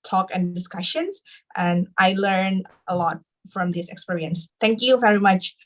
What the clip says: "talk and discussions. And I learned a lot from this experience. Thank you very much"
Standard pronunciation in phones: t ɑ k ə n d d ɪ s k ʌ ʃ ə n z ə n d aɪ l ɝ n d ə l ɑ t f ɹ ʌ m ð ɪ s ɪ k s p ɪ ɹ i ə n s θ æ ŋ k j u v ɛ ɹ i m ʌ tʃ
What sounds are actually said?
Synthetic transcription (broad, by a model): t ɑ k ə n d d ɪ s k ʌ ʃ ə n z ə n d aɪ l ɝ n ə l ɑ t f ɹ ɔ m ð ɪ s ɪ k s p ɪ ɹ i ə n s t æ ŋ k j u v ɛ ɹ i m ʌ tʃ